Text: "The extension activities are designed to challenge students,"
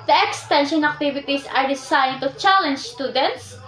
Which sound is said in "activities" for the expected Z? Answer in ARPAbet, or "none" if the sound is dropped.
S